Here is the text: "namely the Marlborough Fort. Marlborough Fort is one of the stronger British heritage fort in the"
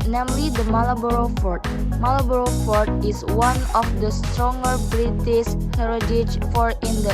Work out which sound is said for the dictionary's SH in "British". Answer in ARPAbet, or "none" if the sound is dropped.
S